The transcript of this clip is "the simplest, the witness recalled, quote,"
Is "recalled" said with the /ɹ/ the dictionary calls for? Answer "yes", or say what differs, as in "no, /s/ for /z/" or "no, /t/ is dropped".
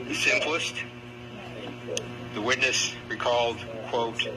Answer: yes